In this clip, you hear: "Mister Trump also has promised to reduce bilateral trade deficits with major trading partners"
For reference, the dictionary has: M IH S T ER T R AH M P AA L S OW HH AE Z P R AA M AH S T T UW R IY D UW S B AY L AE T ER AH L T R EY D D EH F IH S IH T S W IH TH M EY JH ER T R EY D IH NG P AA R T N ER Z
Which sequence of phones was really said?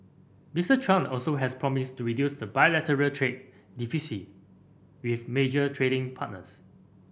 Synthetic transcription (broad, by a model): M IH S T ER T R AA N AA L S OW HH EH S P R AA M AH S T T UW R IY D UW S B AY L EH T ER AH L T R EY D D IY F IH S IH W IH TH M EY JH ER T R EY D IH NG P AA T N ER S